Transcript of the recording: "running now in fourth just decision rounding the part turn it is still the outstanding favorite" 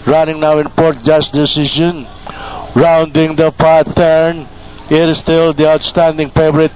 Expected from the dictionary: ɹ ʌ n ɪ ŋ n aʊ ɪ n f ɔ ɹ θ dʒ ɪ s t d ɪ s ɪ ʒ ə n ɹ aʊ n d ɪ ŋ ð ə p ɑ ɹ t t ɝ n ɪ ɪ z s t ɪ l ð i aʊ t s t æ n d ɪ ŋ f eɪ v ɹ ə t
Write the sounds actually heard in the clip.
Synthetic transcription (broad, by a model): ɹ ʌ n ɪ ŋ n aʊ ɪ n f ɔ ɹ t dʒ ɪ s d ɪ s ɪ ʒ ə n ɹ aʊ n d ɪ ŋ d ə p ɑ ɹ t t ɝ n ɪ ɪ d s t ɪ l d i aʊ t s t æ n d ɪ ŋ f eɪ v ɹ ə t